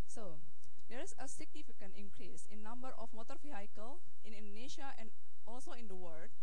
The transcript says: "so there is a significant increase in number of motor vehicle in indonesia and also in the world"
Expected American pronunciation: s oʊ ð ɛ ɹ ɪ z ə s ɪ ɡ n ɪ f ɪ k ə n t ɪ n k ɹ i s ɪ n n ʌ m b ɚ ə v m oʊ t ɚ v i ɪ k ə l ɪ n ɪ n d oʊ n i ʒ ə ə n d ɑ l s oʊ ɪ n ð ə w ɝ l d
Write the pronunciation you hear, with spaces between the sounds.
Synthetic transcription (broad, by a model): s oʊ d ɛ ɹ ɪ s ə s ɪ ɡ n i f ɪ k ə n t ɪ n k ɹ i s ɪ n n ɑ m b ɚ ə f m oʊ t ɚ f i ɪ k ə l ɪ n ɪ n d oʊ n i ʃ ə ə n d ɑ l s oʊ ɪ n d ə w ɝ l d